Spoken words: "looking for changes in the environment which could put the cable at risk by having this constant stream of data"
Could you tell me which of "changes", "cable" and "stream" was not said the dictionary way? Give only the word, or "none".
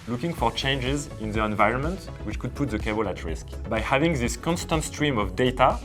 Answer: none